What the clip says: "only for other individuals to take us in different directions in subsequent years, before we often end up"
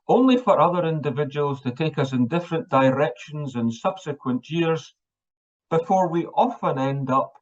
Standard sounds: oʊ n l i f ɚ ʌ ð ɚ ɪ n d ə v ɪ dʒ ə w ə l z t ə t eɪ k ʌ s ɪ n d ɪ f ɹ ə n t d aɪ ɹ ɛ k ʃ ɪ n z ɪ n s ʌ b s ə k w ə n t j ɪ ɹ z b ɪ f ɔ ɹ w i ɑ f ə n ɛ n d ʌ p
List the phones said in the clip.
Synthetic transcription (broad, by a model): oʊ n l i f ɚ ʌ ð ɚ ɪ n d ə v ɪ dʒ ə w ə l z t ə t eɪ k ʌ s ɪ n d ɪ f ɹ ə n d aɪ ɹ ɛ k ʃ ɪ n z ɪ n s ʌ b s ə k w ə n t j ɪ ɹ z b ɪ f ɔ ɹ w i ɑ f ə n ɛ n d ʌ p